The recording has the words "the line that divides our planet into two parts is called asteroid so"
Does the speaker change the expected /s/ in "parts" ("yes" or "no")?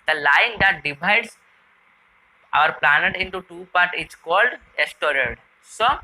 yes